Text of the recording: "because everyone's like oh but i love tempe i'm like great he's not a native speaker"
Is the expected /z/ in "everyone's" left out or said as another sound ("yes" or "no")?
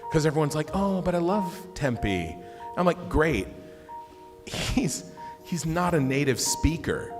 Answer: no